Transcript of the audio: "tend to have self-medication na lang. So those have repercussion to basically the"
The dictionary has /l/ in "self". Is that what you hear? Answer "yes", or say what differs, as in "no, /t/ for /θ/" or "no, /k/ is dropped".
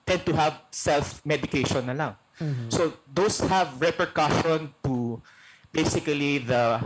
yes